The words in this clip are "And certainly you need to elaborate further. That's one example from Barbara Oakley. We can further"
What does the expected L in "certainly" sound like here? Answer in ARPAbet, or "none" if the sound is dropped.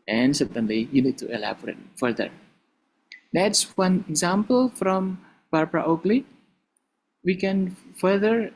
L